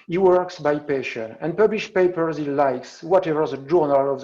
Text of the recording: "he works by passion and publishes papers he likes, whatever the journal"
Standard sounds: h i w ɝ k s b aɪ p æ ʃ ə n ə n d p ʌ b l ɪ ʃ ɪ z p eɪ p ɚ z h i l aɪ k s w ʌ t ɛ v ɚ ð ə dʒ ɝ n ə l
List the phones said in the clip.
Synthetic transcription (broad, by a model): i w ɝ k s b aɪ p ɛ ʃ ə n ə n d p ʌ b l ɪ ʃ p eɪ p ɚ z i l aɪ k s w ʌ t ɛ v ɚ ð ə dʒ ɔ n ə l